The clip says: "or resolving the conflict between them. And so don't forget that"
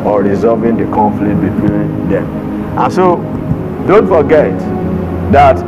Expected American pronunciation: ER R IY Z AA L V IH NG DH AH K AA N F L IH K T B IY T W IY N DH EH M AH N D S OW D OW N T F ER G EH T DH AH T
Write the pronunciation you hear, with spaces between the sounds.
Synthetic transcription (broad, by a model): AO R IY Z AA V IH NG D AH K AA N F L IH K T B IY T W IY N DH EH M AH N S OW D OW N T F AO G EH T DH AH T